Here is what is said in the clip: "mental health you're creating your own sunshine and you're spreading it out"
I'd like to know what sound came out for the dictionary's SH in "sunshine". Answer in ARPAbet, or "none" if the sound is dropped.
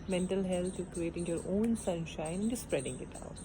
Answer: SH